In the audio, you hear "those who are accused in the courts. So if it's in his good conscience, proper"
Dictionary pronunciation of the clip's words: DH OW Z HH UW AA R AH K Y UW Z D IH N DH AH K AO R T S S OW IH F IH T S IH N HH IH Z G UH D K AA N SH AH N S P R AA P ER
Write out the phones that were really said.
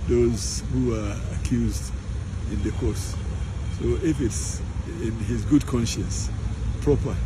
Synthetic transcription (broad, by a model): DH OW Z HH UW AA R AH K Y UW Z D IH N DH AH K AO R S S OW IH F IH T S IH N HH IH Z G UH D K AA N SH AH N S P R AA P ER